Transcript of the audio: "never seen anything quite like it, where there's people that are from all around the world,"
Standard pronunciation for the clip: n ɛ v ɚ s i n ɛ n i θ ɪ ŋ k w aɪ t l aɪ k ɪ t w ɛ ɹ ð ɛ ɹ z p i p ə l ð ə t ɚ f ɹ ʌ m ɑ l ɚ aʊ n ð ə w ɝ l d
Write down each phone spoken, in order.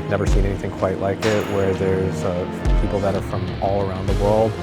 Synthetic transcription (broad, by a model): n ɛ v ɚ s i n ɛ n i θ ɪ ŋ k w aɪ t l aɪ k ɪ t w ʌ ɹ ð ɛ ɹ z p i p l ð ə t ɚ f ɹ ʌ m ɑ l ɚ aʊ n ð ə w ɝ l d